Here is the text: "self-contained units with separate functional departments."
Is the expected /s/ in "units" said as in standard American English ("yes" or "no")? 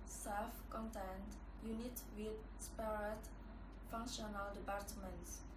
no